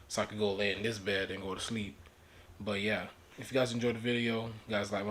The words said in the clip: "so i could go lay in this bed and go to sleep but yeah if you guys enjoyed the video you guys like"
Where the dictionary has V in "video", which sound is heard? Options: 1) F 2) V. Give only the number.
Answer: 2